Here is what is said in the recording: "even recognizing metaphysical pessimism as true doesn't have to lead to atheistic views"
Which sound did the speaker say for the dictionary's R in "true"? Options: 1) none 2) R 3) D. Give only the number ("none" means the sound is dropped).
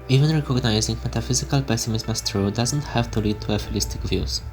2